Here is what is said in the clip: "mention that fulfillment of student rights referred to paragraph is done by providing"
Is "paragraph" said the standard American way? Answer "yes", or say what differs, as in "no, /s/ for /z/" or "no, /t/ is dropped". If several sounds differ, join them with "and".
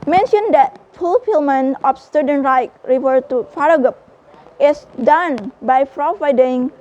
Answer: no, /f/ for /p/ and /ɹ/ is dropped and /p/ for /f/